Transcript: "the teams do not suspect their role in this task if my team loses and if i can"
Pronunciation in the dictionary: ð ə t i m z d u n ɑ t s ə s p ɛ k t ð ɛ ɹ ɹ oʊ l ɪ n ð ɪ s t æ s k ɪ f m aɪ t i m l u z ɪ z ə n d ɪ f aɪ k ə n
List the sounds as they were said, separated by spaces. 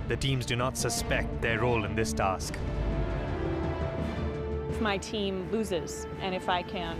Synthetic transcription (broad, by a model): ð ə t i m z d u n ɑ t s ə s p ɛ k t ð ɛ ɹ ɹ oʊ l ɪ n ð ɪ s t æ s k ɪ f m aɪ t i m l u z ɪ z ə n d ɪ f aɪ k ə n